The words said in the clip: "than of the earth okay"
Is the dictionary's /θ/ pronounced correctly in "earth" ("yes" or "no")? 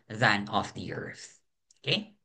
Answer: yes